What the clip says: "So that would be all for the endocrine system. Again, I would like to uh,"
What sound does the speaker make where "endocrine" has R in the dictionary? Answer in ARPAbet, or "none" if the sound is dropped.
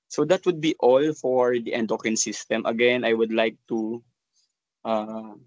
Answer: none